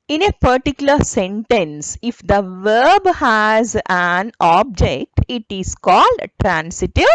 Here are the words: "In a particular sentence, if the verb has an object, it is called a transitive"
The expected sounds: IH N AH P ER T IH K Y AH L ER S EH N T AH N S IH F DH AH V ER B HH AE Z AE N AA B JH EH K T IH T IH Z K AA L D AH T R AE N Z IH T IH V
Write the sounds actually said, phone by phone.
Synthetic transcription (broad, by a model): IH N AH P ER T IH K Y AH L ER S EH N T AH N S IH F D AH V ER B HH AE Z AE N AA B JH EH K T IH T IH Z K AA L D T R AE N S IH T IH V